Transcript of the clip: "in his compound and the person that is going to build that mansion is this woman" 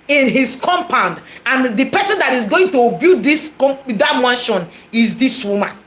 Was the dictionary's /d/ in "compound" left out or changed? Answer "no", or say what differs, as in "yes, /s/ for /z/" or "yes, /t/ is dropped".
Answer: no